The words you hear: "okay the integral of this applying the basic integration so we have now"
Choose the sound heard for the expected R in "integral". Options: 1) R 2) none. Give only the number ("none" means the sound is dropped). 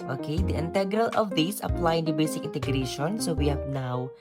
1